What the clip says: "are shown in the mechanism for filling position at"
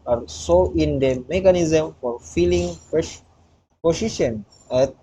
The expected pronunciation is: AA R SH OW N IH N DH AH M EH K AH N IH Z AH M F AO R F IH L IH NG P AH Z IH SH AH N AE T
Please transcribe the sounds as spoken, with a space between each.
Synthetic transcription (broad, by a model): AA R S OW IH N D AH M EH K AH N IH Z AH M F AO R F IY L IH NG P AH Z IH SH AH N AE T